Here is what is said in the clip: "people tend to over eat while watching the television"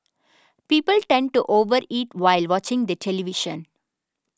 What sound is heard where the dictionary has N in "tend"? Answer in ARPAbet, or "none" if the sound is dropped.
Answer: N